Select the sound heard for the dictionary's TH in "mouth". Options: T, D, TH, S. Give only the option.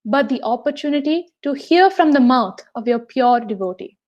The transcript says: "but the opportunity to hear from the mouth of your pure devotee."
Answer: T